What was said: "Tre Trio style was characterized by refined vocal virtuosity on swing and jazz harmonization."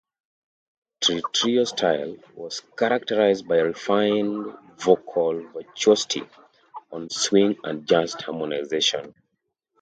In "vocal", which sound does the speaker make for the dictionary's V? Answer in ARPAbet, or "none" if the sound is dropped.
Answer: V